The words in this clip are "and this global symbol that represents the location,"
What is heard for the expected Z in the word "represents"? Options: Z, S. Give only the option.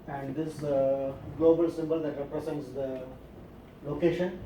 S